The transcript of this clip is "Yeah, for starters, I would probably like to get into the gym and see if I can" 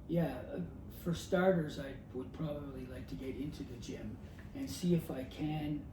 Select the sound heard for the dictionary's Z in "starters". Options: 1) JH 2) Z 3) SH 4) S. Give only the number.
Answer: 2